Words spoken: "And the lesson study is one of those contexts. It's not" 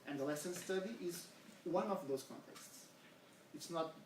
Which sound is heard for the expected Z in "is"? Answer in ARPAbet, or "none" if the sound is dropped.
Z